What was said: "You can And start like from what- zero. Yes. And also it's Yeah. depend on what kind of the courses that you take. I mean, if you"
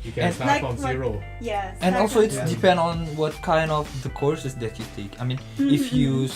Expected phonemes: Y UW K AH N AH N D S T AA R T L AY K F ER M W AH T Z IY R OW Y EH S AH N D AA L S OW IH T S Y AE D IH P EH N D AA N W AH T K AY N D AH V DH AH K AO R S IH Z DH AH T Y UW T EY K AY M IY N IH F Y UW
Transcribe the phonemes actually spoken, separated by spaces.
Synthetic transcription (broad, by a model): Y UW K AH N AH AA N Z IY R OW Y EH AH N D AA L S OW IH T S D IH P EH N D AA N W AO T K AY N D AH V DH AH K AO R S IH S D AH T Y UW T EY K AY M IY N IH F Y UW